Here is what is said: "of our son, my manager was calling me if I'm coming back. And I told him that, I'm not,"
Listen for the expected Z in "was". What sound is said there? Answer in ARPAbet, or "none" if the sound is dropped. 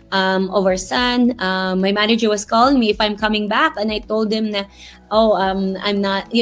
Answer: S